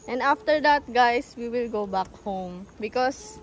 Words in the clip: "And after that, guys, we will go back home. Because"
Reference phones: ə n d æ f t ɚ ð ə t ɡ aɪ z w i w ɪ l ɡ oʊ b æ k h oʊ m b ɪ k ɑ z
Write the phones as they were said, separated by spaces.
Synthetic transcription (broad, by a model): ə n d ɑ f t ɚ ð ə t ɡ aɪ s w i w ɪ l ɡ oʊ b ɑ k h oʊ m b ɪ k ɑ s